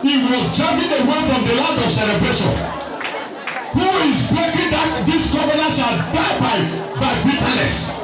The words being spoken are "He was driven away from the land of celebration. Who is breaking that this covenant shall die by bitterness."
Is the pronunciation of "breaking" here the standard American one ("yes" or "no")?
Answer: no